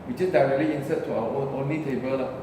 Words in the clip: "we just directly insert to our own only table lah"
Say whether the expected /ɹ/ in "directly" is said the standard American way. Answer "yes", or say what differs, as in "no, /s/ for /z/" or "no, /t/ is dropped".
yes